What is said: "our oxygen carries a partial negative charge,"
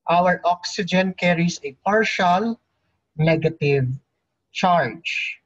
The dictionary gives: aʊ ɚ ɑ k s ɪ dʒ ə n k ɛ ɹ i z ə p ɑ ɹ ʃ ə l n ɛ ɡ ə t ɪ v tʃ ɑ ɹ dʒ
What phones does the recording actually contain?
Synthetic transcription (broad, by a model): aʊ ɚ ɑ k s ɪ dʒ ə n k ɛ ɹ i s ə p ɑ ɹ ʃ ə l n ɛ ɡ ə t ɪ v tʃ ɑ ɹ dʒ